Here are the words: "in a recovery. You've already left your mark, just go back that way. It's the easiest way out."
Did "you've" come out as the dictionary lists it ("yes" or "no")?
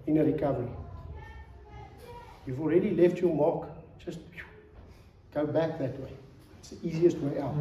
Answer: yes